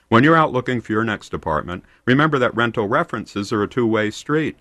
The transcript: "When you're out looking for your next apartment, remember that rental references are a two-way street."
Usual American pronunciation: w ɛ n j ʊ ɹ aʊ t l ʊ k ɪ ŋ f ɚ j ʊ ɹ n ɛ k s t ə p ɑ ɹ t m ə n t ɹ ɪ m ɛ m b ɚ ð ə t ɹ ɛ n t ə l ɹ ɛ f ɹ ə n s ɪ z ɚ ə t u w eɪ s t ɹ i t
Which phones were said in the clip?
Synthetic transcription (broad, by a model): w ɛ n j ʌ ɹ aʊ t l ʊ k ɪ ŋ f ɚ j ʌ ɹ n ɛ k s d ə p ɑ ɹ t m ə n t ɹ ɪ m ɛ m b ɚ ð ə t ɹ ɛ n t l ɹ ɛ f ɹ ə n s ɪ z ɚ ə t u w eɪ s t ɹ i t